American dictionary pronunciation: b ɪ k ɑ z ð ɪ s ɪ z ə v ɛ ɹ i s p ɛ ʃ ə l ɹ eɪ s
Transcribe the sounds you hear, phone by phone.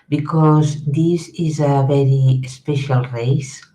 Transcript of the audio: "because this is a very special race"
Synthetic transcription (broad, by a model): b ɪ k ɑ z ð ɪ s ɪ z ə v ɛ ɹ i s p ɛ ʃ ə l ɹ eɪ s